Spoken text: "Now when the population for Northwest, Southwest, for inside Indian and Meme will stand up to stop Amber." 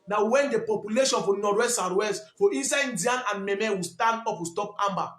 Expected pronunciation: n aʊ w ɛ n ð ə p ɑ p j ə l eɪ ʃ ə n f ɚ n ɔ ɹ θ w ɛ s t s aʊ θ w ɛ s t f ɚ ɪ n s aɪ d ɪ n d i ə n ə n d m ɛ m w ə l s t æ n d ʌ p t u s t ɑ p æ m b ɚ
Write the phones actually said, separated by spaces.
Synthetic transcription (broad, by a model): n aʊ w ɛ n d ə p ɑ p j ə l eɪ ʃ ə n f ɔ n ɔ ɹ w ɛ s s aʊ t w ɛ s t f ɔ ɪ n s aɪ ɪ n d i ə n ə n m m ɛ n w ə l s t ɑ n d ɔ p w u s t ɑ p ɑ m b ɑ